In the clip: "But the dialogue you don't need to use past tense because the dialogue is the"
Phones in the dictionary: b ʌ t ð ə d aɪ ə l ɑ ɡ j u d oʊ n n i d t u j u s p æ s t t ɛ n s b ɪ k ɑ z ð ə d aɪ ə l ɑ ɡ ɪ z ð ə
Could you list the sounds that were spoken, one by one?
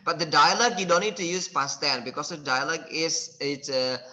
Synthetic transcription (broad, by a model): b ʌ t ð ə d aɪ ə l ɑ ɡ j u d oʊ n n i d t u j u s p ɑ s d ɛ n b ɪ k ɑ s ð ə d aɪ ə l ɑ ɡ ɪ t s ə